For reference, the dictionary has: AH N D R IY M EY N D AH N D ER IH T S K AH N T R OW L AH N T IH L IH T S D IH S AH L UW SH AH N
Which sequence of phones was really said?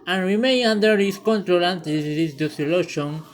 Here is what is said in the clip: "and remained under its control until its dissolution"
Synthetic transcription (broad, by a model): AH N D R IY M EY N AH N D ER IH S K AH N T R OW L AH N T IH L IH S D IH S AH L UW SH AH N